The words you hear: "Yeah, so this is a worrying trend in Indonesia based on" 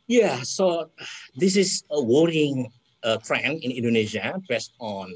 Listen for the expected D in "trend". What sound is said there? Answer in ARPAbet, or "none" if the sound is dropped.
none